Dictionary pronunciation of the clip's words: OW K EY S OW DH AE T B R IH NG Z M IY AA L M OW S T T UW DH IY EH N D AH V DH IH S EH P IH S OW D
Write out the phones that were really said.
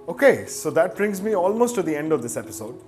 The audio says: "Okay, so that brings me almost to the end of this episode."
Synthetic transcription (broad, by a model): OW K EY S OW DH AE T B R IH NG Z M IY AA L M OW S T T UW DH IY EH N D AH V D IH S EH P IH S OW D